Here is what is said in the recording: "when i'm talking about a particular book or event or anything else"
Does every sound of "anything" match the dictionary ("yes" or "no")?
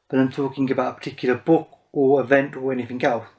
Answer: yes